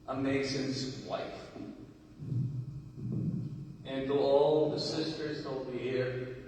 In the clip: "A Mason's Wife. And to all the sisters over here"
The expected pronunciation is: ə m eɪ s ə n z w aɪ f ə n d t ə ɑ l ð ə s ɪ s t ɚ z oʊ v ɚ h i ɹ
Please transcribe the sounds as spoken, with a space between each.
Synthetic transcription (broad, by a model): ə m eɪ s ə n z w aɪ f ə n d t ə ɑ l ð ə s ɪ s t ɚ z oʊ b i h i ɹ